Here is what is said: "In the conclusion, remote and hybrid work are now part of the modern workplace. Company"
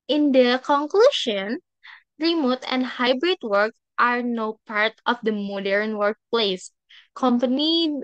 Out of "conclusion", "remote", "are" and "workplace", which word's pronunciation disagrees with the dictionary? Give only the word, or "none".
conclusion